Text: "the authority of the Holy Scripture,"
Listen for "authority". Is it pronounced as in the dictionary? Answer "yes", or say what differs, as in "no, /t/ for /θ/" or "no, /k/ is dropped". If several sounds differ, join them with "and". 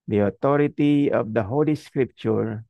no, /t/ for /θ/